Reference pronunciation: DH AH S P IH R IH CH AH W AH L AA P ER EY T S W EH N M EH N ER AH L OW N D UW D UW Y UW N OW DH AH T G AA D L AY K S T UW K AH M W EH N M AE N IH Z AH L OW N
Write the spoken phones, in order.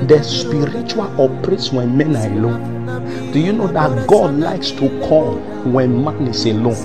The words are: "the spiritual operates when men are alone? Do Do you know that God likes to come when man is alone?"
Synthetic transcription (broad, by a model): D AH S P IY R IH CH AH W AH L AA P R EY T S W EH N M EH N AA AH L OW N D D UW Y UW N OW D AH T G AA D L AY K S T UW K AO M W EH N M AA N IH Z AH L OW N